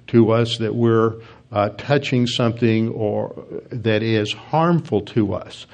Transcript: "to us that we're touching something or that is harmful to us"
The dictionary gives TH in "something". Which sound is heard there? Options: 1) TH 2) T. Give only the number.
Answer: 1